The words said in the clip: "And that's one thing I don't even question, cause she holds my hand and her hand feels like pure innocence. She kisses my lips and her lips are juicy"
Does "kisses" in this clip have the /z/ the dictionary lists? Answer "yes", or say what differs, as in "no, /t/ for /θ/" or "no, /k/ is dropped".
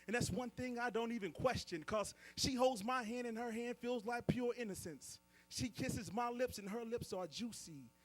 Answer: yes